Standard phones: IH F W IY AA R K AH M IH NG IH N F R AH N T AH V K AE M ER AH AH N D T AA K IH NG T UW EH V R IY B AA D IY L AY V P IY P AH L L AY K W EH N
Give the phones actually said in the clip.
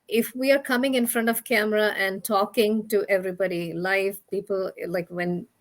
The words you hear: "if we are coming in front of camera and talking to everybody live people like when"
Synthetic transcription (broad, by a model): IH F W IY AA R K AH M IH NG IH N F R AH N T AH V K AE M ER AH AH N D T AA K IH NG T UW EH V R IY B AA D IY L AY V P IY P AH L L AY K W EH N